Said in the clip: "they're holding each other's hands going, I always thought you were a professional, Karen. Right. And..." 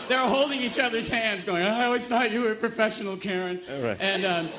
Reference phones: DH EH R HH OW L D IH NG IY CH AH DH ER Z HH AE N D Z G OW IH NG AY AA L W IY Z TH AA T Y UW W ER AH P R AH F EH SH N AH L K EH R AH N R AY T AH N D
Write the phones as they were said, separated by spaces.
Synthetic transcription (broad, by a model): DH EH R HH OW L D IH NG IY CH AH DH ER Z HH AE N D Z G OW IH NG AY AA L W IY Z T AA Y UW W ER AH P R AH F EH SH N L K EH R AH N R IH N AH